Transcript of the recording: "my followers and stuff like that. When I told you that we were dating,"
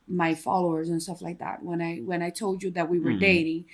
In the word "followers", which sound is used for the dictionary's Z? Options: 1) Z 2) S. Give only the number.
1